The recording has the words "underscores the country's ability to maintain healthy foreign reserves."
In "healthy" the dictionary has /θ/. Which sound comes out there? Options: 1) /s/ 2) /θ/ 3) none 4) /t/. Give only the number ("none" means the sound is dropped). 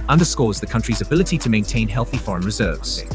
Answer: 2